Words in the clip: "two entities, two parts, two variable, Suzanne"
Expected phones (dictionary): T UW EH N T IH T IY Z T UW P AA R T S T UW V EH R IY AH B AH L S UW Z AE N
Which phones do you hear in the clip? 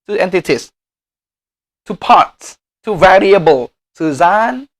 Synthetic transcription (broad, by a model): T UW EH N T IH T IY S T UW P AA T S T UW V EH R IY AH B AH L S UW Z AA N